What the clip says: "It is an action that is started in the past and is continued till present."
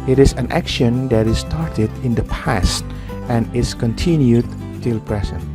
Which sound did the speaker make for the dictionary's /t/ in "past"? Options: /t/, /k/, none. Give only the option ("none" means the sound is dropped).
/t/